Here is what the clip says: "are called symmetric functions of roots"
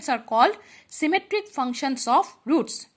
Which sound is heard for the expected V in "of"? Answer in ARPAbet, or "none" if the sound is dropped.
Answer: P